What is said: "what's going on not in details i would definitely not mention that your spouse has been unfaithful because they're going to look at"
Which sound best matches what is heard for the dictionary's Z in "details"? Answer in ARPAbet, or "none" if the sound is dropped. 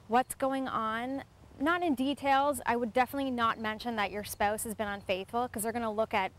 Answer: Z